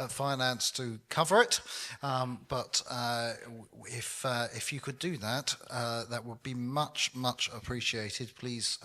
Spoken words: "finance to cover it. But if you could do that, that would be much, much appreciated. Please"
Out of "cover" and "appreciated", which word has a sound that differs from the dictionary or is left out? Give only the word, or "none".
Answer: none